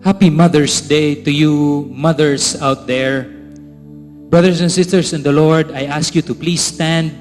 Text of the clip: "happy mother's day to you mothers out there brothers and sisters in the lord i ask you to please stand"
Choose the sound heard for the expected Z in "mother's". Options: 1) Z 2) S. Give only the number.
2